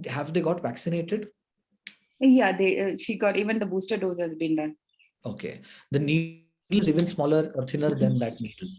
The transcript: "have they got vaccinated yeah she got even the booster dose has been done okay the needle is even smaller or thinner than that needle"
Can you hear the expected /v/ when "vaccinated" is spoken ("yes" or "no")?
yes